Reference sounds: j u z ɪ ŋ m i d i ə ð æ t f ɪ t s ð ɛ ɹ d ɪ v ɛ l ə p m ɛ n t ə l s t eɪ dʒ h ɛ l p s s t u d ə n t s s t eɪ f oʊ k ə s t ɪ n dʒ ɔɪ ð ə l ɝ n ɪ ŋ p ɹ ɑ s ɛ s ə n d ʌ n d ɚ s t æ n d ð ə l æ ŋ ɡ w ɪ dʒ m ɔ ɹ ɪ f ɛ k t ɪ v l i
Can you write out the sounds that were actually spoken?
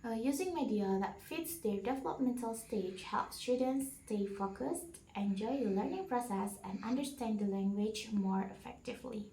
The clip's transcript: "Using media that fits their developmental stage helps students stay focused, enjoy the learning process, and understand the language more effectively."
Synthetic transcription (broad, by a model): j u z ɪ ŋ m i d i ə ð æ t f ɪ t s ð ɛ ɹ d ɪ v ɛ l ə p m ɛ n t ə l s t eɪ dʒ h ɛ l p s s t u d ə n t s s t eɪ f oʊ k ə s t ɪ n dʒ ɔɪ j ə l ɝ n ɪ ŋ p ɹ ɑ s ɛ s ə n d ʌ n d ɚ s t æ n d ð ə l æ ŋ ɡ w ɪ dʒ m ɔ ɹ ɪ f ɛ k t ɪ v l i